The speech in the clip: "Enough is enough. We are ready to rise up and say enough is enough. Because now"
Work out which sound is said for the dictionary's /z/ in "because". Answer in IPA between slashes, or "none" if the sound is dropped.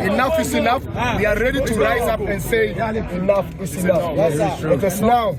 /s/